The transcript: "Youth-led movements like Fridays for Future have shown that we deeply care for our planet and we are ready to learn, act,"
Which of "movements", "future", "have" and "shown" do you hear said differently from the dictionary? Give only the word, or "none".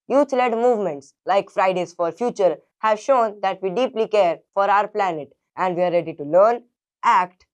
none